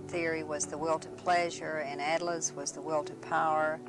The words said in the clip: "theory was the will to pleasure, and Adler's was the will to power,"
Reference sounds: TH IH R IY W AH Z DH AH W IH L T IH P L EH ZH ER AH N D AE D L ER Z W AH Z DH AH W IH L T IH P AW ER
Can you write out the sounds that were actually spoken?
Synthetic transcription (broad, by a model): TH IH R IY W AH Z DH AH W IH L T IH P L EH ZH ER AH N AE D L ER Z W AH Z DH AH W IH L T IH P AW ER